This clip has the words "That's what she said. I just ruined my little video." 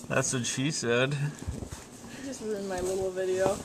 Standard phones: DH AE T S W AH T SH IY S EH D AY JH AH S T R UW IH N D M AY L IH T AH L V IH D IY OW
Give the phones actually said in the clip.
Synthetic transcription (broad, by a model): DH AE T S W AH T SH IY S EH D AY JH AH S T W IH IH N M AY L IH T L V IH D IY OW